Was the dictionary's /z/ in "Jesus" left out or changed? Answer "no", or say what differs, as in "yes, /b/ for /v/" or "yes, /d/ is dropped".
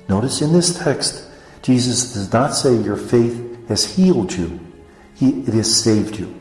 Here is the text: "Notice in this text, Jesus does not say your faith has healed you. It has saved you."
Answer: no